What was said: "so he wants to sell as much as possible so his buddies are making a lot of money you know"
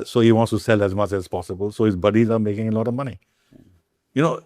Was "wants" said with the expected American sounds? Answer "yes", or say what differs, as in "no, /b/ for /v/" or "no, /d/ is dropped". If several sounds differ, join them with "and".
yes